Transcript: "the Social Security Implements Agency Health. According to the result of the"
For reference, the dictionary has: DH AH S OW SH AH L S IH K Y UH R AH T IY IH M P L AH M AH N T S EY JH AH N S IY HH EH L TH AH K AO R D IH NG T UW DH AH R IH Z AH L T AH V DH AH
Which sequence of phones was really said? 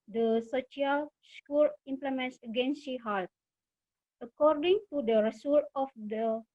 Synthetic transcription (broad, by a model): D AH S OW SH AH L S K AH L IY M P L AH M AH N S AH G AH N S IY HH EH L T AH K AO R D IH NG T UW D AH R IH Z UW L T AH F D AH